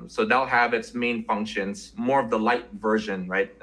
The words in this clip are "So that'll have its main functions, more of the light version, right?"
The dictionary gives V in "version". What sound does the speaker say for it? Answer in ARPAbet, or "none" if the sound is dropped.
V